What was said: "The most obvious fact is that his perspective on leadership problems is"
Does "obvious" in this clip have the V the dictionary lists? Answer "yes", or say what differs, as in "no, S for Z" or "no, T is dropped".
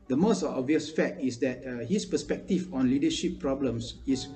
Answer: yes